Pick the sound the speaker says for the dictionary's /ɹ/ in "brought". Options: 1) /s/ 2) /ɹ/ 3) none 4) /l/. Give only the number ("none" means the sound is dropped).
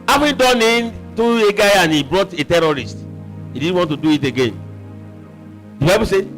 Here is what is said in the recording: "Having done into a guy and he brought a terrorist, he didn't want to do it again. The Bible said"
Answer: 2